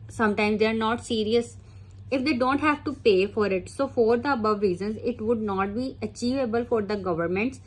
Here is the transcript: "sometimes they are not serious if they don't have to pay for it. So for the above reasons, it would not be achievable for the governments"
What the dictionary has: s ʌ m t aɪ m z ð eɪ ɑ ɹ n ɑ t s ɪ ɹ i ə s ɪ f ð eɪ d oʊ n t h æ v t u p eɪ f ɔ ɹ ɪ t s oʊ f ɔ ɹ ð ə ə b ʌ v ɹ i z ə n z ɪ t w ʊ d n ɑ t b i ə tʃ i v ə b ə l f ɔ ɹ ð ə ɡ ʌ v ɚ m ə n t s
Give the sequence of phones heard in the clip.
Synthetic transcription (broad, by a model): s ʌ m t aɪ m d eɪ ɑ ɹ n ɑ t s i ɹ i ə s ɪ f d eɪ d oʊ n t h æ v t u p eɪ f ɔ ɹ ɪ t s oʊ f ɔ ɹ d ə ə b ʌ v ɹ i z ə n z ɪ t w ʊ d n ɑ t b i ə tʃ i v ə b ə l f ɔ ɹ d ə ɡ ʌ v ɚ m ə n t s